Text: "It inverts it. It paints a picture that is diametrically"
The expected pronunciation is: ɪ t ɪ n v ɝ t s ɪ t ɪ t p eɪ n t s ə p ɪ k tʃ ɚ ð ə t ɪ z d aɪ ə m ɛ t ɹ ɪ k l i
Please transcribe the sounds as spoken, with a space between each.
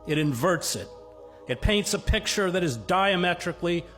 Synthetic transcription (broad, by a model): ɪ t ɪ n v ɝ t s ɪ t ɪ t p eɪ n t s ə p ɪ k tʃ ɚ ð ə t ɪ z d aɪ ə m ɛ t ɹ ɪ k l i